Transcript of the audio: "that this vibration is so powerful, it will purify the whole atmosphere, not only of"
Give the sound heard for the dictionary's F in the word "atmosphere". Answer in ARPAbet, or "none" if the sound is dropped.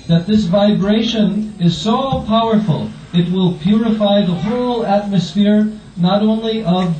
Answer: F